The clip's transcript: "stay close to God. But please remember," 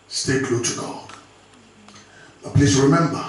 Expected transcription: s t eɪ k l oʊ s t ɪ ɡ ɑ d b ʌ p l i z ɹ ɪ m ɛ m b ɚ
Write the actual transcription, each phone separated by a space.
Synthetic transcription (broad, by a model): s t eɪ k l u t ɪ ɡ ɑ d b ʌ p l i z ɹ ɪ m ɛ m b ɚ